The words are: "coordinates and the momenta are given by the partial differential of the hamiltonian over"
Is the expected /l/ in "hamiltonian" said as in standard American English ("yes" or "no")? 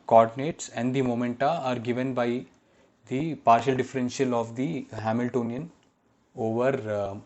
yes